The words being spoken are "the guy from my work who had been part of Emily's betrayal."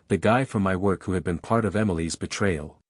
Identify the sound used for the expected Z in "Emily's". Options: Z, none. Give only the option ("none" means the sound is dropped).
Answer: Z